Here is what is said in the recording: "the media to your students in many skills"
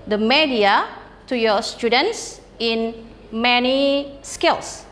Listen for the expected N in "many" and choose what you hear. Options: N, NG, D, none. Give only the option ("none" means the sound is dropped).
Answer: N